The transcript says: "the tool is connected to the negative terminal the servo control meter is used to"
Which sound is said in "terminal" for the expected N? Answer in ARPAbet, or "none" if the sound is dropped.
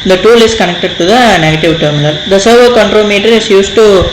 L